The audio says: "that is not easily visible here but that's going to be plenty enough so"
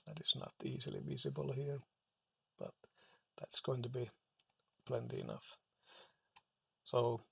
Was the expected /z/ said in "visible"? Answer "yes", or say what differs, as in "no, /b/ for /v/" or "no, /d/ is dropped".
yes